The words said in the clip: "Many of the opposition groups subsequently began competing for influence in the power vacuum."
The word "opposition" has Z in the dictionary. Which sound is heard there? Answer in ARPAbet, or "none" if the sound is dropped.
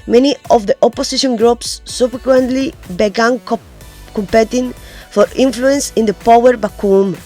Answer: S